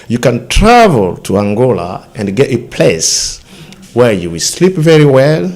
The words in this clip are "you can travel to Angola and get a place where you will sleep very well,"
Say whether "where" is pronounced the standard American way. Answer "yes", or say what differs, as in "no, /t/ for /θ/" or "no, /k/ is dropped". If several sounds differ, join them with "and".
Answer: yes